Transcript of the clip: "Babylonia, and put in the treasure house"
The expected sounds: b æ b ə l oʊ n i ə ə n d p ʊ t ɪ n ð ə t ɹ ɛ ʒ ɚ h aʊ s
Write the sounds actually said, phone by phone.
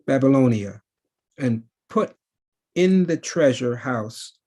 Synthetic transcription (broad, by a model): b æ b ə l oʊ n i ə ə n p ʊ t ɪ n ð ə t ɹ ɛ ʒ ɚ h aʊ s